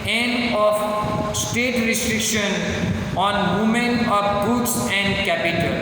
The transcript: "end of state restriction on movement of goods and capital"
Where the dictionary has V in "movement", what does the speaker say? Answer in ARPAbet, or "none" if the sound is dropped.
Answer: none